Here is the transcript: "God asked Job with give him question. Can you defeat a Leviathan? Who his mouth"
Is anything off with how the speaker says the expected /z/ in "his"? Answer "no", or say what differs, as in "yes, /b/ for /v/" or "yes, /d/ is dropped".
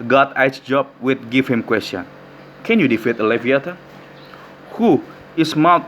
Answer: yes, /s/ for /z/